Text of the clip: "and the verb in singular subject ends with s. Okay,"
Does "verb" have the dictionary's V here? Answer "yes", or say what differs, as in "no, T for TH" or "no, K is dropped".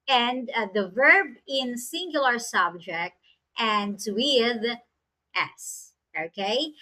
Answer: yes